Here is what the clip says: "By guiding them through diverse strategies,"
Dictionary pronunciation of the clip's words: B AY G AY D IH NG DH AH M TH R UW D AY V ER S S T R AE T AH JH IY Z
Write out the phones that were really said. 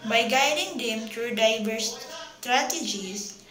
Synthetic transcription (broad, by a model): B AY G AY D IH NG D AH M T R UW D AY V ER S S T R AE T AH JH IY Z